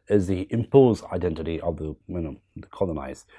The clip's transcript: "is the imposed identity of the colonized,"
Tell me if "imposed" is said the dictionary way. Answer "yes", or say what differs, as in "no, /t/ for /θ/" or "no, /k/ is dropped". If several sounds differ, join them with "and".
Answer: no, /d/ is dropped